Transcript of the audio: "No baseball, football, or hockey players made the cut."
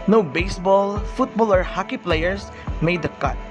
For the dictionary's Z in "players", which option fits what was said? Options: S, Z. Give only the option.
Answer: S